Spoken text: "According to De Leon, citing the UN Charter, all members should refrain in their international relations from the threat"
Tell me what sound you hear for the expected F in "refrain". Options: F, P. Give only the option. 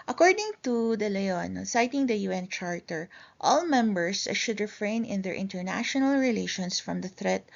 F